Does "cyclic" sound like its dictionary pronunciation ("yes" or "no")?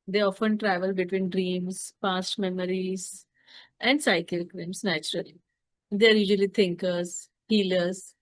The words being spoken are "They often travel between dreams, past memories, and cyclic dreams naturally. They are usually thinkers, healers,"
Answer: no